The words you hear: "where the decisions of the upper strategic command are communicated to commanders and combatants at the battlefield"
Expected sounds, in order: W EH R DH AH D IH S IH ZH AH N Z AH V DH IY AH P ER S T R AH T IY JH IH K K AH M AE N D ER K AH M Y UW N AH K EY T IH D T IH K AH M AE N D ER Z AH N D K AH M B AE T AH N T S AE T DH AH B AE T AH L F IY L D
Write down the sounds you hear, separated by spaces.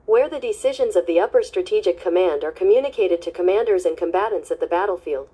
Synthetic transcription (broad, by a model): W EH R DH AH D IH S IH ZH AH N Z AH V DH IY AH P ER S T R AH T IY JH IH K K AH M AE N D ER K AH M Y UW N AH K EY T IH D T IH K AH M AE N D ER Z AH N K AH M B AE T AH N T S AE T DH AH B AE T L F IY L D